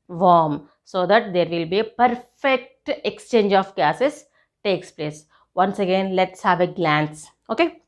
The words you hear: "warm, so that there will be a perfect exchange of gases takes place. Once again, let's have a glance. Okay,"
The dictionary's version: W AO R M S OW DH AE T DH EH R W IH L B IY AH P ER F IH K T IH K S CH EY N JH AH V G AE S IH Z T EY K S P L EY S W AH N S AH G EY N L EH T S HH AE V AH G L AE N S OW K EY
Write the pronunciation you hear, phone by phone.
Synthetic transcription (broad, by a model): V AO R M S OW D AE T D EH R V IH L B IY AH P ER F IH K T IH K S CH EY N JH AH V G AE S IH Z T EY K S P L EY S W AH N S AH G EY N L EH T S HH AE V AH G L AE N S OW K EY